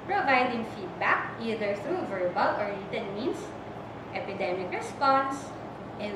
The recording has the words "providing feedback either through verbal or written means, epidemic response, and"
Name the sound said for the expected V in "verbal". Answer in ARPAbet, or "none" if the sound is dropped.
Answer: V